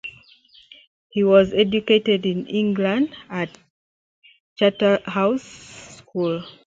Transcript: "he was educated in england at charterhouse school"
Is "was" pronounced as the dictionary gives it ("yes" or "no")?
yes